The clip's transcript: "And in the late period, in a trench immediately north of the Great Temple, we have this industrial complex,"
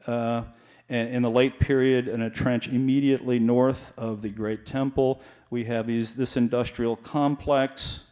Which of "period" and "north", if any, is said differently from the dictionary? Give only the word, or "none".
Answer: none